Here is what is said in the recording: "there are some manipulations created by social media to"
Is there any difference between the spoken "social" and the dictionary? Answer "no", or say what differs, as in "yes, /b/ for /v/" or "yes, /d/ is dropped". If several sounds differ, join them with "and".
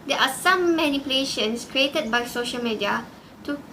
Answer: no